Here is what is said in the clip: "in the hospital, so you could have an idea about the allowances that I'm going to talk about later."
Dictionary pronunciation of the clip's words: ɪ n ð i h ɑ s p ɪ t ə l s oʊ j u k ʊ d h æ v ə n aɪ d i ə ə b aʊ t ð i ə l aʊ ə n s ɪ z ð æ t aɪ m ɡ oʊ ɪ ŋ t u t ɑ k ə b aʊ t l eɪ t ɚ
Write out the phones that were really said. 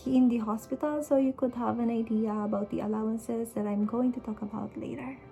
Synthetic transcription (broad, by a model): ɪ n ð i h ɑ s p ɪ t ə l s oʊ j u k ʊ d h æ v ə n aɪ d i ə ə b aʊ t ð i ə l aʊ ə n s ɪ z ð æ t aɪ m ɡ oʊ ɪ ŋ t u t ɑ k ə b aʊ t l eɪ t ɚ